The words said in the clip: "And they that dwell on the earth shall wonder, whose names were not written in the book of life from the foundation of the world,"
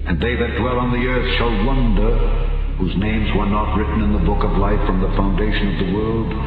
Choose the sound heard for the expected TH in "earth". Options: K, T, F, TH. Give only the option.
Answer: TH